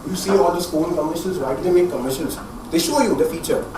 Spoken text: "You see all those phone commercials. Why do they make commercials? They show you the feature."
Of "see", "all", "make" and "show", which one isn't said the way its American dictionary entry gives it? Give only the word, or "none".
none